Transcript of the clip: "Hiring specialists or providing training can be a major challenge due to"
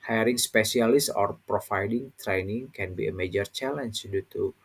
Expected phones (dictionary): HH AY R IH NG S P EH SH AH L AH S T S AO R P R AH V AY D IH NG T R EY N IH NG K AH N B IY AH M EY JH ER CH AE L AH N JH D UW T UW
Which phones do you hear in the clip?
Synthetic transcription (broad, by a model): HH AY R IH NG S P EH S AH L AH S S AO R P R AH F AY D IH NG T R EY N IH NG K AH N B IY AH M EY JH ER CH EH L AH N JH D UW T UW